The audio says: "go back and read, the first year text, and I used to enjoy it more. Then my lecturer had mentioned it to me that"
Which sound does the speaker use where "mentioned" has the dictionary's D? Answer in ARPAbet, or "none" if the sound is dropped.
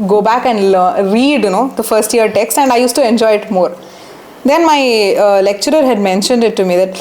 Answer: D